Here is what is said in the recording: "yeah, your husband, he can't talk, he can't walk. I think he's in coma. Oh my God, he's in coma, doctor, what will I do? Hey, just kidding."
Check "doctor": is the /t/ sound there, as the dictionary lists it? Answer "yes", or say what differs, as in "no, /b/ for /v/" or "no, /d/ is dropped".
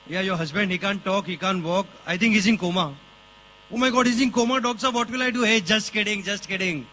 no, /s/ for /t/